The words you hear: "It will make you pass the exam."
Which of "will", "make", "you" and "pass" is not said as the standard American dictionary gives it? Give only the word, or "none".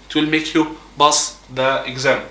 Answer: pass